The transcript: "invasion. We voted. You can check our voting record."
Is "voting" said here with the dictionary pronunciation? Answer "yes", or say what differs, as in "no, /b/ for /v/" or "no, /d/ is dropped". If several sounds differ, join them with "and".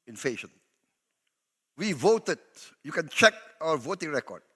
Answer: yes